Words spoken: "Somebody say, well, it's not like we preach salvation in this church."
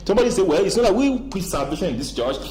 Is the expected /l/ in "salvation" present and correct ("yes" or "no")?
no